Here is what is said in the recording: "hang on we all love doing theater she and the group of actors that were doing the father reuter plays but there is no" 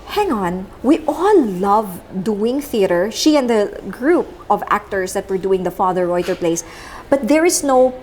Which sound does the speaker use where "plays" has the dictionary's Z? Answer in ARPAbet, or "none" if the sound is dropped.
S